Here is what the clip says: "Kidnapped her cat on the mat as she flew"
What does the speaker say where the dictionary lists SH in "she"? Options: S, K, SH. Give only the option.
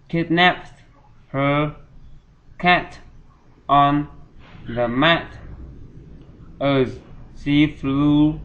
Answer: S